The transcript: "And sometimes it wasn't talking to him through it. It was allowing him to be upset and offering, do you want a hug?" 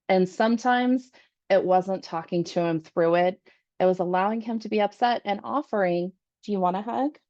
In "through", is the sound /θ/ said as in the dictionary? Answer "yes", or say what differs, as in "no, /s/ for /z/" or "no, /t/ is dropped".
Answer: yes